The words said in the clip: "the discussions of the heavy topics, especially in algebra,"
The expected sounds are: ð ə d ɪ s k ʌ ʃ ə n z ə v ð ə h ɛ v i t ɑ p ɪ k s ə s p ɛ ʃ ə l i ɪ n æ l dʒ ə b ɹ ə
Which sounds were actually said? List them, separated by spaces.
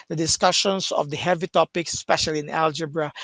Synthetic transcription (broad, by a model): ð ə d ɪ s k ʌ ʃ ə n s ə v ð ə h ɛ v i t ɑ p ɪ k s s p ɛ ʃ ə l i ɪ n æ l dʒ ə b ɹ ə